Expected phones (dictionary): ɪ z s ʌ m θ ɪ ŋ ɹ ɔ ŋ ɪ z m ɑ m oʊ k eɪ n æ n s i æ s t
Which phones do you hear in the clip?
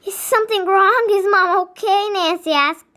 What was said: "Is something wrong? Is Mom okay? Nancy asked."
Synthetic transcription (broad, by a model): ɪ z s ʌ m θ ɪ ŋ ɹ ɔ ŋ ɪ z m ɑ m oʊ k eɪ n æ n s i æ s